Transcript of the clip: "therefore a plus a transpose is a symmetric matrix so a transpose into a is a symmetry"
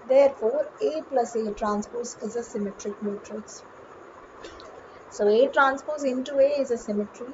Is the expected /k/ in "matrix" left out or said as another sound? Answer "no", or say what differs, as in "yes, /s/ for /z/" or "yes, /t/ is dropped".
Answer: yes, /k/ is dropped